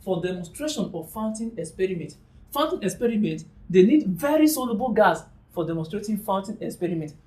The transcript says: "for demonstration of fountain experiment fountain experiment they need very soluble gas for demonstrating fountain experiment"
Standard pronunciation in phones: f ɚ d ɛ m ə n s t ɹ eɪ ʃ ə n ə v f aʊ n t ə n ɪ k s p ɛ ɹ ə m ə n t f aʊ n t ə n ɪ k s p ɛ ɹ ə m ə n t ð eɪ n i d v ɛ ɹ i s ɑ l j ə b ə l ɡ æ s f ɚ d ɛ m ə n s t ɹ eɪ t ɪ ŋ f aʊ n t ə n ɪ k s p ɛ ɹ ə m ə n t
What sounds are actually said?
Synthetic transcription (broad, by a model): f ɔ d ɛ m ə n s t ɹ eɪ ʃ ə n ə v f aʊ n t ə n ɪ k s p ɛ ɹ ə m ə n t f aʊ n t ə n ɪ k s p ɛ ɹ ə m ə n t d eɪ n i d v ɛ ɹ i s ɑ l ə b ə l ɡ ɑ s f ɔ d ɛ m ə s t ɹ eɪ t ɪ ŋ f aʊ n t ə n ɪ k s p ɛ ɹ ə m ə n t